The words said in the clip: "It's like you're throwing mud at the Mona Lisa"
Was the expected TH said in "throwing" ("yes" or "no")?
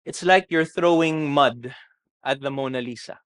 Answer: yes